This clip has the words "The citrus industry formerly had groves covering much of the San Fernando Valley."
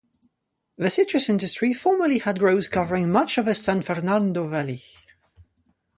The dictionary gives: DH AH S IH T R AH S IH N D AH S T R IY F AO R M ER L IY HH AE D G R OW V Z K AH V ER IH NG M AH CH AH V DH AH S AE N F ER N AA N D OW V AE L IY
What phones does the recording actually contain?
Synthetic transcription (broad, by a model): DH AH S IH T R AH S IH N D AH S T R IY F AO R M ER L IY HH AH D G R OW Z K AH V ER IH NG M AH CH AH V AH S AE N F ER N AA N D OW V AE L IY